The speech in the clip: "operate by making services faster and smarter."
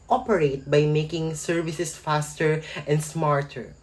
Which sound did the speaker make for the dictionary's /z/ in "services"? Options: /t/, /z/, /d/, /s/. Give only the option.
/s/